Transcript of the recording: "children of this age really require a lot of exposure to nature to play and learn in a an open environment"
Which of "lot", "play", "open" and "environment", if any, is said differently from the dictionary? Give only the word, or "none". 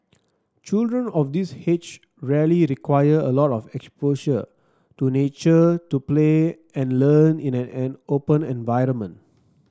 none